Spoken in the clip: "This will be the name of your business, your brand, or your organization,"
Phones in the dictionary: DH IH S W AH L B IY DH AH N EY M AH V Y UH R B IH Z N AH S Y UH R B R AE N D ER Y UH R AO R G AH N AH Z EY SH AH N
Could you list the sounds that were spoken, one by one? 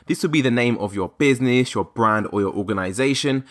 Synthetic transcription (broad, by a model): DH IH S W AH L B IY DH AH N EY M AH V Y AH B IH Z N AH S Y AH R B R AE N D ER Y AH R AO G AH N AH Z EY SH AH N